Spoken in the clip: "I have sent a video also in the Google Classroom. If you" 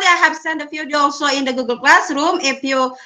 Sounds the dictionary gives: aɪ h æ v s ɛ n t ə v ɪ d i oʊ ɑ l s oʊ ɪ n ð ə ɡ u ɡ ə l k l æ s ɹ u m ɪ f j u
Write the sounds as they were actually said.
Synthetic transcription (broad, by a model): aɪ h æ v s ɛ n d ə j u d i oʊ ɑ l s oʊ ɪ n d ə ɡ u ɡ ə l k l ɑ s ɹ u m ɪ p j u